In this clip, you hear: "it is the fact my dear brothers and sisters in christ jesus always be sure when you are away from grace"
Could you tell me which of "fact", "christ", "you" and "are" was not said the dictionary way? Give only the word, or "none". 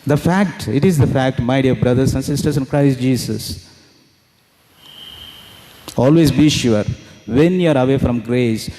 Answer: none